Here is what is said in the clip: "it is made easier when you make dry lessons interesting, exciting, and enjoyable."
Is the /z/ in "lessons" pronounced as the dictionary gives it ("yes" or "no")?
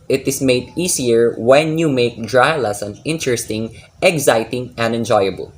no